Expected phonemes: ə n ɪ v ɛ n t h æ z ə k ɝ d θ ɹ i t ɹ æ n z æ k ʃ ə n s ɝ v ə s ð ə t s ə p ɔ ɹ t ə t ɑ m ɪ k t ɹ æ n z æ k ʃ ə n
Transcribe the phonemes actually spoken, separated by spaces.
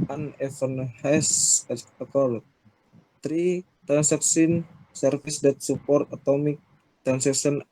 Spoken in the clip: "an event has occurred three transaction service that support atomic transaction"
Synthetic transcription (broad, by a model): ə n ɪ f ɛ n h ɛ s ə k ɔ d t ɹ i t ɹ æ n s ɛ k s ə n s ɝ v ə s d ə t s ə p ɔ ɹ t ə t ɑ m ɪ k t ɹ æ n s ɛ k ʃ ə n